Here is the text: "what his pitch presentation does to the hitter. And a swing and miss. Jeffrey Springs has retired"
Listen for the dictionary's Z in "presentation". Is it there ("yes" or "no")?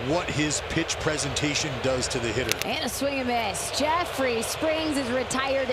yes